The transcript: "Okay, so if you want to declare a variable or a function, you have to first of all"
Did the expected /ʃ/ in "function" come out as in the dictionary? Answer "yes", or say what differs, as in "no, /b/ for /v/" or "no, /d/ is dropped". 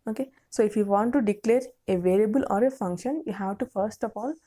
yes